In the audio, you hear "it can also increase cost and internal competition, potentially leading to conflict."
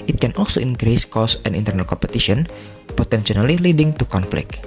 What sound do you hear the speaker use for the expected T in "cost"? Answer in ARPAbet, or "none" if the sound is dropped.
none